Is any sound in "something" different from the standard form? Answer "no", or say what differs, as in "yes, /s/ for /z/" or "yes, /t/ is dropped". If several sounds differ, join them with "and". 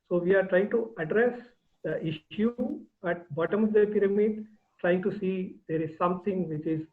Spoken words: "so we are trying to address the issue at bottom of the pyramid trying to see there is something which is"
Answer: yes, /t/ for /θ/